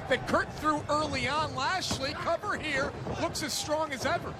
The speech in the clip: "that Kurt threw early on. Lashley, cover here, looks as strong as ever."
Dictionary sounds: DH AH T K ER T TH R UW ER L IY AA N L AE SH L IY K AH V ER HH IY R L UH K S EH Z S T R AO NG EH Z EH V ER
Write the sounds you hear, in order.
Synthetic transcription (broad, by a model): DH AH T K ER T TH R UW ER L IY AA N L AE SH L IY K AH V ER HH IY R L UH K S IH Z S T R AO NG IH Z EH V ER